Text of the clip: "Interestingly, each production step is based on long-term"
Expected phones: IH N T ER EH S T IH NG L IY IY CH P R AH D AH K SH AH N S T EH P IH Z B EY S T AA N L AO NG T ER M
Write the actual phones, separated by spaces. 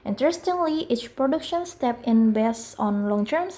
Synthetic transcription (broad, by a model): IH N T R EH S T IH NG L IY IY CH P R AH D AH K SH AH N S T EH P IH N B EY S AA N L AO NG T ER M